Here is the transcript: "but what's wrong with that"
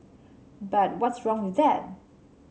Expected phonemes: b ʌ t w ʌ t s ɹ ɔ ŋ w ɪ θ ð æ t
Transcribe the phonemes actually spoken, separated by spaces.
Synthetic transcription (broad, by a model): b ʌ t w ʌ t s ɹ ɔ ŋ w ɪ ð æ t